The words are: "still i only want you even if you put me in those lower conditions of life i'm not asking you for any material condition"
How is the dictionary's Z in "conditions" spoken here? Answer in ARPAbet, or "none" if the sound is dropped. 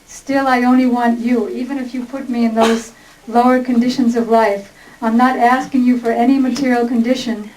Z